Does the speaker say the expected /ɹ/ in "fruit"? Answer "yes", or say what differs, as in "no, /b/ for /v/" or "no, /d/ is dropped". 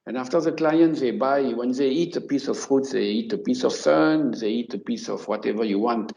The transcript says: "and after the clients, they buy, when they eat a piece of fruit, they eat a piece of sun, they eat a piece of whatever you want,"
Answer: yes